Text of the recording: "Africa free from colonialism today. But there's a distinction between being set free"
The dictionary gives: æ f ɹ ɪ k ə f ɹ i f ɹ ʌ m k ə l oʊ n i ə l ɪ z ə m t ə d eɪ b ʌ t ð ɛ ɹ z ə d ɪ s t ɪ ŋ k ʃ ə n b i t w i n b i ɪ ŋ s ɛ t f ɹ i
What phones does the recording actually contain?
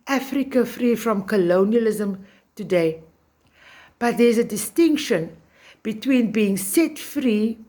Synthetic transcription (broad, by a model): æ f ɹ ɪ k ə f ɹ i f ɹ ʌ m k ə l oʊ n i ə l ɪ z ə m t ə d eɪ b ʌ t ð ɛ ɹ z ə d ɪ s t ɪ ŋ k ʃ ə n b i t w i n b i ɪ ŋ s ɛ t f ɹ i